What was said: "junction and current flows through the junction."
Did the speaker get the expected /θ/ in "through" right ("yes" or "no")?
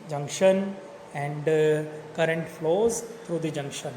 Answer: no